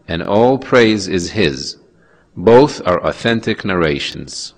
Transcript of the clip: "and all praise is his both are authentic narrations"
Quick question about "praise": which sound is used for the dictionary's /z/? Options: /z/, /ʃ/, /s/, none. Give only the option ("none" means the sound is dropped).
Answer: /z/